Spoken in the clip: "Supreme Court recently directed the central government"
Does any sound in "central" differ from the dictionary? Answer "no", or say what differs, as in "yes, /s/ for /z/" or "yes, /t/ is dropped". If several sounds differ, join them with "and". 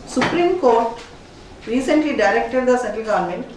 yes, /ɹ/ is dropped